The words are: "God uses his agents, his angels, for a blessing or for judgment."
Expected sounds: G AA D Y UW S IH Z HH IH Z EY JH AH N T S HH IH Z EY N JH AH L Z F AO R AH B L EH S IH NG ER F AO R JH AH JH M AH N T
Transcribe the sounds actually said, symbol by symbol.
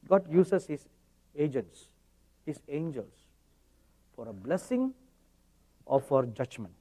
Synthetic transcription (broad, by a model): G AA D Y UW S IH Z HH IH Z EY JH AH N T S HH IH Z EY N JH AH L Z F AO R AH B L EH S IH NG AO F AO R JH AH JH M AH N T